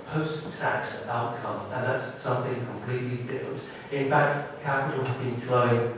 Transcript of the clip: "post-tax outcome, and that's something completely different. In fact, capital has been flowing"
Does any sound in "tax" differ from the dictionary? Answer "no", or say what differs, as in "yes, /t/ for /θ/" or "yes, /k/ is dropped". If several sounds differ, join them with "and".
no